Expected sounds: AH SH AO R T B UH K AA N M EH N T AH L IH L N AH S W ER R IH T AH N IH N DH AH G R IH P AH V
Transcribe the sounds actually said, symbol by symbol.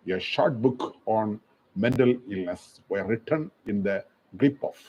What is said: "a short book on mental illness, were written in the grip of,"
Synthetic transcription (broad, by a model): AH SH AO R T B UH K AA N M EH N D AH L IH L N AH S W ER R IH T AH N IH N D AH G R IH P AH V